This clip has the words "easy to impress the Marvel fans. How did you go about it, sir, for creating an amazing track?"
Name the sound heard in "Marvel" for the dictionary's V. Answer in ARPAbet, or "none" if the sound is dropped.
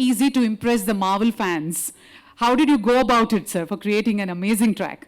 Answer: V